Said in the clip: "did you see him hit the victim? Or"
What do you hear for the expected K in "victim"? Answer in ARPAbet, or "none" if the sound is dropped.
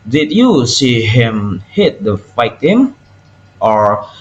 none